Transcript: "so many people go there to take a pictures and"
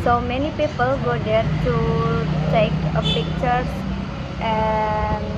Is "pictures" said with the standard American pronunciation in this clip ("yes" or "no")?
no